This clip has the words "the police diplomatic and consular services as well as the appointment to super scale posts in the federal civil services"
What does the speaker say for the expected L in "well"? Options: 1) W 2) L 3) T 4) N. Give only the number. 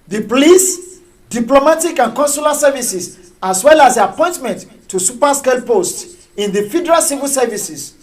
2